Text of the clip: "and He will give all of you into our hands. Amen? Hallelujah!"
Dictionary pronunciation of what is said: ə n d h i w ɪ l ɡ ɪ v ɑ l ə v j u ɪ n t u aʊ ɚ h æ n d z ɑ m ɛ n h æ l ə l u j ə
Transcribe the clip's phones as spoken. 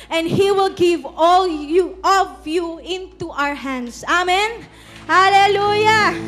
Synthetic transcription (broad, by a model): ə n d h i w ɪ l ɡ ɪ v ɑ l ə v j u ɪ n t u aʊ ɚ h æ n d s ɑ m ɛ n h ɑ l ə l u j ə